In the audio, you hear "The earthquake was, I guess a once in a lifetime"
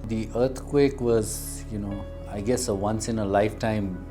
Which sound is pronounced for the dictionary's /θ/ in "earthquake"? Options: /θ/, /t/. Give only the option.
/t/